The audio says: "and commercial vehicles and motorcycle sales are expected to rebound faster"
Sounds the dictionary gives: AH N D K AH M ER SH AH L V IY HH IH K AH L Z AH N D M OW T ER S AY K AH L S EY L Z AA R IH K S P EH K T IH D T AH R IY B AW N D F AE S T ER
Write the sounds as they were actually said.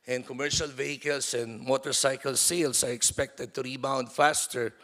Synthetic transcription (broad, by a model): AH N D K AH M ER SH AH L V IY HH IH K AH L S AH N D M OW T ER S AY K AH L S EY L S AA R IH K S P EH K T IH D T AH R IY B AW N D F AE S T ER